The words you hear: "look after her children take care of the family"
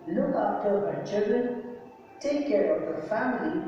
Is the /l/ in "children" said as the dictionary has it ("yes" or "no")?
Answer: no